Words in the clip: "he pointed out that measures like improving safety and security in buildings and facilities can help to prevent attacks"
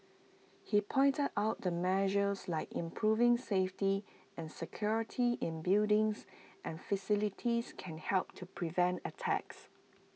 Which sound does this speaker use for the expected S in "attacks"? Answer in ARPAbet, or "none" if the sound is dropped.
S